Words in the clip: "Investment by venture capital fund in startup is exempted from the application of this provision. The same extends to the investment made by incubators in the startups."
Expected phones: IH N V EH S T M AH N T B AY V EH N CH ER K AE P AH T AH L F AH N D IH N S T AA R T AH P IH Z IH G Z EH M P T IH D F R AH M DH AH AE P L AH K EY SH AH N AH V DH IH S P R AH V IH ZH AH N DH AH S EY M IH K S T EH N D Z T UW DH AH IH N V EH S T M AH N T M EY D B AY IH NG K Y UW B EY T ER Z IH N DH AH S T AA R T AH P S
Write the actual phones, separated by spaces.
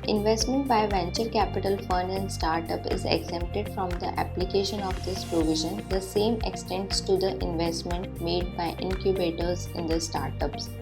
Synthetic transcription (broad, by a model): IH N V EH S T M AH N T B AY V EH N CH ER K AE P AH T AH L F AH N IH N S T AA R T AH P IH Z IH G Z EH M P T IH D F R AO M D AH AE P L AH K EY SH AH N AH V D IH S P R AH V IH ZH AH N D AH S EY M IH K S T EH N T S T UW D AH IH N V EH S T M AH N T M EY D B AY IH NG K Y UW B EY T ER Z IH N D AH S T AA R T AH P S